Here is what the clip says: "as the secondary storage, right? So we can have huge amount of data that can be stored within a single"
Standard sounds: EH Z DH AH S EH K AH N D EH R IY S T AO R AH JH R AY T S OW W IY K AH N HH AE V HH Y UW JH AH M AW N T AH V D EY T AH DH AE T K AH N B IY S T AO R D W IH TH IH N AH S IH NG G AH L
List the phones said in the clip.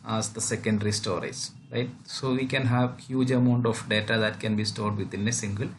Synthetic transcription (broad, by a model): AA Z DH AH S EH K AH N D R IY S T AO R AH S R AY T S OW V IY K AH N HH AE V HH Y UW JH AH M AW N T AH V D EY T AH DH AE T K AH N B IY S T AO R D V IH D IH N AH S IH NG G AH L